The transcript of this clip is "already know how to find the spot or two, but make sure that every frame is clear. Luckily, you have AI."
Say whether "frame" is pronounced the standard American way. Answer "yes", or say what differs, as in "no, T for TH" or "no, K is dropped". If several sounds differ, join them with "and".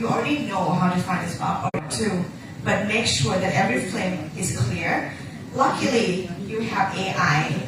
no, L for R